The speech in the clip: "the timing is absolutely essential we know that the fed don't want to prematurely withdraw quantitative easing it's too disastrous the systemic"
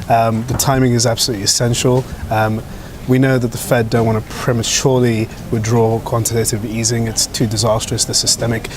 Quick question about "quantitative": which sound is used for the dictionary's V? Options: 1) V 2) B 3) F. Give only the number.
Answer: 1